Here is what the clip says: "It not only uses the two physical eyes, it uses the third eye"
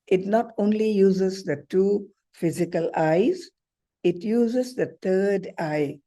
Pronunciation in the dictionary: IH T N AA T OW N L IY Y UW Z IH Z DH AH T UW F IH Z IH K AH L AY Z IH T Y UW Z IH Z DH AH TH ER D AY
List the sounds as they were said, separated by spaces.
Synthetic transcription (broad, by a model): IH T N AA T OW N L IY Y UW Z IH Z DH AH T UW F IH Z IH K AH L AY Z IH T Y UW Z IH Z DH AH T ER D AY